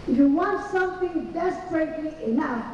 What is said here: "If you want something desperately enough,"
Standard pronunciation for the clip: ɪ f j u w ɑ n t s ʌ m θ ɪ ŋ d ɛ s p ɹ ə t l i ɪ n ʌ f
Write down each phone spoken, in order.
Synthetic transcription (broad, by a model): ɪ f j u w ɑ n t s ʌ m θ ɪ ŋ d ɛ s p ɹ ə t i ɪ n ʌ